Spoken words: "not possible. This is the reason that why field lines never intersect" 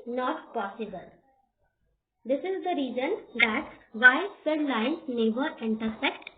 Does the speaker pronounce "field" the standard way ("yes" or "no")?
no